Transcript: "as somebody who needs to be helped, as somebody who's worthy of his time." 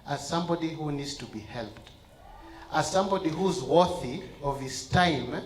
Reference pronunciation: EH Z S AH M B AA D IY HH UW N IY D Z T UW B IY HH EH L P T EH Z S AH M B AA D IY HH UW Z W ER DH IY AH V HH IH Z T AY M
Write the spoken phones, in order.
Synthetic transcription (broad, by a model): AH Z S AH M B AA D IY HH UW N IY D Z T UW B IY HH EH L P T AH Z S AH M B AA D IY HH UW Z W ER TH IY AH V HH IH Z T AY M